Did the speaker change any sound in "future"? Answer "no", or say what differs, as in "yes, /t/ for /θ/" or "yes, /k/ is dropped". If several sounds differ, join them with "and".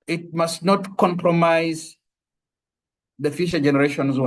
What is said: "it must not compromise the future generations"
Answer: yes, /ʃ/ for /tʃ/